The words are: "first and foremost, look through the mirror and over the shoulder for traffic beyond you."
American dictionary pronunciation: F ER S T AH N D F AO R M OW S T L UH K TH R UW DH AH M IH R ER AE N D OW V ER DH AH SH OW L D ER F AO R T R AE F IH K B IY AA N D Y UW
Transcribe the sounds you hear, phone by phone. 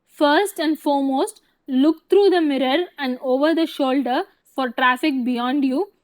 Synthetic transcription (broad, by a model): F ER S T AH N D F AO R M OW S T L UH K T R UW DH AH M IH R ER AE N D OW V ER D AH SH OW L D ER F AO R T R AE F IH K B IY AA N D Y UW